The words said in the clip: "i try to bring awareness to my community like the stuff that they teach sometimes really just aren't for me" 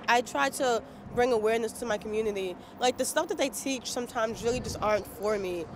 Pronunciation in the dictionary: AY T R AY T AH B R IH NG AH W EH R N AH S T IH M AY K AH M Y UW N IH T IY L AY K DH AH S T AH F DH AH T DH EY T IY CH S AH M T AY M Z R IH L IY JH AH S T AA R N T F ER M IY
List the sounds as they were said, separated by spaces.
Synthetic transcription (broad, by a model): AY T R AY T AH B R IH NG AH W EH R N AH S T IH M AY K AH M Y UW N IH T IY L AY K DH AH S T AH F DH AH T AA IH T IY CH S AH M T AY M Z R IH L IY JH AH S T AA R N T F ER M IY